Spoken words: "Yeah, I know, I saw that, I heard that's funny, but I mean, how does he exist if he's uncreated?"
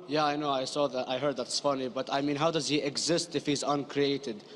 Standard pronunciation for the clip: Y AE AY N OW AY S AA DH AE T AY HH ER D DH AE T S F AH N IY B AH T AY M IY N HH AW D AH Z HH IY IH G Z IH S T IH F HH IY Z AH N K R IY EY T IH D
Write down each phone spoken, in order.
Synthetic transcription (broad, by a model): Y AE AY N OW AY S AA DH AE T AY HH ER D DH AE T S F AH N IY B AH T AY M IY N HH AW D AH Z HH IY IH G Z IH S T IH F HH IY Z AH N K R IY EY T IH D